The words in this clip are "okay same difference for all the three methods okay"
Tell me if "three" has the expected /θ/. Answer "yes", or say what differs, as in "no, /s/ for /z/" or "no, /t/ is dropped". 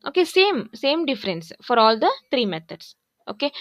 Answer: no, /t/ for /θ/